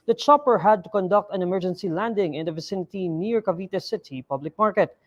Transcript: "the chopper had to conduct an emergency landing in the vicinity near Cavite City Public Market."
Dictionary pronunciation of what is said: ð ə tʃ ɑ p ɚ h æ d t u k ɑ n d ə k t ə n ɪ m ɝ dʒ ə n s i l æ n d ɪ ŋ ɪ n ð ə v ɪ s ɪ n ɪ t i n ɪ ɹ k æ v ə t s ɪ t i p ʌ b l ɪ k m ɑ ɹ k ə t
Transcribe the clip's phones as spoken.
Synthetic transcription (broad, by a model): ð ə tʃ ɑ p ɚ h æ d t u k ɑ n d ə k t ə n ɪ m ɝ dʒ ə n s i l æ n d ɪ ŋ ɪ n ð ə v ɪ s ɪ n ɪ t i n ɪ ɹ k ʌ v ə t s ɪ t i p ʌ b l ɪ k m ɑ ɹ k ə t